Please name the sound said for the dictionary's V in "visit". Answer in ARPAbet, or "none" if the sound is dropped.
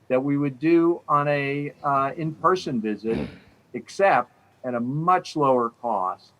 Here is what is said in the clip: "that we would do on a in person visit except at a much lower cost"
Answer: V